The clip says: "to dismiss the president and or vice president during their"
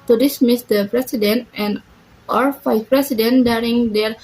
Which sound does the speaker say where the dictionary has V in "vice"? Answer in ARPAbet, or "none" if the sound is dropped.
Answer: F